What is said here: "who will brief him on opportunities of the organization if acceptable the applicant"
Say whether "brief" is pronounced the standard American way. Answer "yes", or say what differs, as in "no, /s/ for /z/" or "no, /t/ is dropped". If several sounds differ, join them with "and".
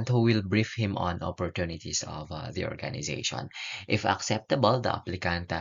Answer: yes